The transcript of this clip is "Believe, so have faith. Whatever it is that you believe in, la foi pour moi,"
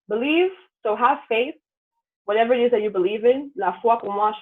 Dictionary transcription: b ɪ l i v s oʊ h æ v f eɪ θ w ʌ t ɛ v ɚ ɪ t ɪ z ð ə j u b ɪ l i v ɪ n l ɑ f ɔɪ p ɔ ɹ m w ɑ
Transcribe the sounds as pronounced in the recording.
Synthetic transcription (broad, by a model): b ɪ l i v s oʊ h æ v f eɪ θ w ʌ t ɛ v ɚ ɪ t ɪ z ð ə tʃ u b ɪ l i v ɪ n l ɑ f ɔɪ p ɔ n w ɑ